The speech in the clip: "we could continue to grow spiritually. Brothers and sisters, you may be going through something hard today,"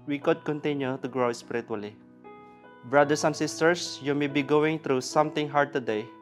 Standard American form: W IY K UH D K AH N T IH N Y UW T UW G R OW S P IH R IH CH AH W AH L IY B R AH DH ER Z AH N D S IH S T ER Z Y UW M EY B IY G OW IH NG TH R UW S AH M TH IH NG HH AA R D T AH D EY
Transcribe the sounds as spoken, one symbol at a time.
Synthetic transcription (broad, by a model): W IY K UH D K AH N T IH N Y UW T UW G R OW S P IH R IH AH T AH L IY B R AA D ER S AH N S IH S T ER S Y UW M EY B IY G OW IH NG T R UW S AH M T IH NG HH AA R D T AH D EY